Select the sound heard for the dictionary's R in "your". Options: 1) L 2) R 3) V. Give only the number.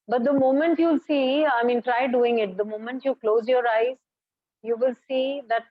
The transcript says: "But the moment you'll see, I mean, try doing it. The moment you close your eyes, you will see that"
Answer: 2